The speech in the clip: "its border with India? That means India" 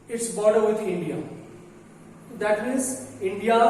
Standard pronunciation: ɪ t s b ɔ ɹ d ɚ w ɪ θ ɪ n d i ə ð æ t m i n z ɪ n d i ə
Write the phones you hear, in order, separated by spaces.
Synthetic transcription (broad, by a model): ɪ t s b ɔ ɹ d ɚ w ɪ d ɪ n d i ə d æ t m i z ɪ n d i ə